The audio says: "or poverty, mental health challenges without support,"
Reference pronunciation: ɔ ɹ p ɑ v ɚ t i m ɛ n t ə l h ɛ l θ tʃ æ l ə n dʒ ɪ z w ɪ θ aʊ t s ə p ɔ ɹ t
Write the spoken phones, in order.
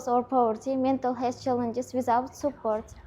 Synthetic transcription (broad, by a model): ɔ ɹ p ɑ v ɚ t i m ɛ n t ə l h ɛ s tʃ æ l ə n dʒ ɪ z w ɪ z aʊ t s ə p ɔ ɹ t